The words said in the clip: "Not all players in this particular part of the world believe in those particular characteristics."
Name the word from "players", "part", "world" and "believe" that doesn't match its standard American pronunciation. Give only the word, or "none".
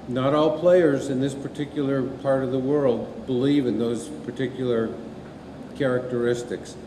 none